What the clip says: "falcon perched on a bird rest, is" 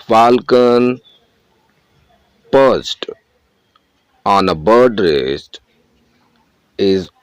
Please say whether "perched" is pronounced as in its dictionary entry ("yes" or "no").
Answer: no